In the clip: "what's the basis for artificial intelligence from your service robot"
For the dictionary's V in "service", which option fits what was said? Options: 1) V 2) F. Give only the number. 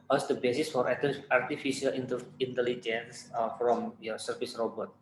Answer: 2